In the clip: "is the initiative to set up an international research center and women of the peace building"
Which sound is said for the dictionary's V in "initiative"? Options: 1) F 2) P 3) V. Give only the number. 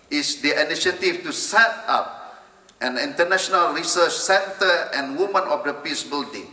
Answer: 1